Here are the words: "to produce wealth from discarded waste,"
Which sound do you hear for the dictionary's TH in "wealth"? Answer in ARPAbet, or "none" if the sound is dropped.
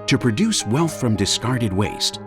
TH